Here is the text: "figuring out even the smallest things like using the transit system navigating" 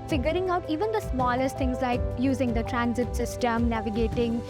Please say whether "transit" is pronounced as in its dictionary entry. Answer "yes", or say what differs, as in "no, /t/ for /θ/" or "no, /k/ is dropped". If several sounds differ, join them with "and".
yes